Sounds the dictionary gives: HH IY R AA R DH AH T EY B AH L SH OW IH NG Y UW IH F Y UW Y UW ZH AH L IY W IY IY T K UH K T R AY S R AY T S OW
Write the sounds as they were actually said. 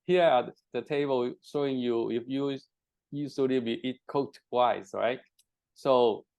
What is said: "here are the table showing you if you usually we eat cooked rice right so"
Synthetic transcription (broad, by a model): HH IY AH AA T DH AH T EY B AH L SH OW IH NG Y UW IH F Y UW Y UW S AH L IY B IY IY T K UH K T W AY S R AY T S OW